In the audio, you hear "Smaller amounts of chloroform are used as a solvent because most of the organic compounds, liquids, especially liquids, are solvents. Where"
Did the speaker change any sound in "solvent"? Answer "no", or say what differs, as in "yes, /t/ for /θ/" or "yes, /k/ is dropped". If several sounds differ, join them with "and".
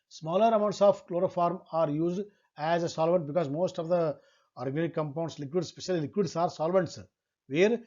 no